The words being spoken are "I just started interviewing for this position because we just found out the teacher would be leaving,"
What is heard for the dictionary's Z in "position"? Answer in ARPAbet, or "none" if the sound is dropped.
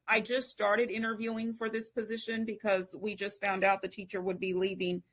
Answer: Z